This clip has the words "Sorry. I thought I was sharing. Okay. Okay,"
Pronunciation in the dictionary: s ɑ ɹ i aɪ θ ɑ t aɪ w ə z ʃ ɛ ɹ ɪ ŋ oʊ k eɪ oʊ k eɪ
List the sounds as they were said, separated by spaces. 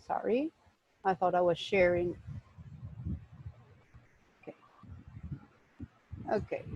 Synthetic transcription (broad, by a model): s ɑ ɹ i aɪ θ ɑ t aɪ w ə z ʃ ɛ ɹ ɪ ŋ oʊ k eɪ oʊ k eɪ